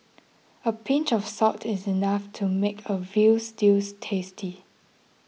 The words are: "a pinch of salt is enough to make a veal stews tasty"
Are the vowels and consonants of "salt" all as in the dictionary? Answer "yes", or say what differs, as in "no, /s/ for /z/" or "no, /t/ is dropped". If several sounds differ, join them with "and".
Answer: no, /l/ is dropped